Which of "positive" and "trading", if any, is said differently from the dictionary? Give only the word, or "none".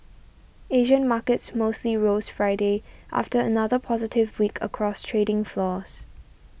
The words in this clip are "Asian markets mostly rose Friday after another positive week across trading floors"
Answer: none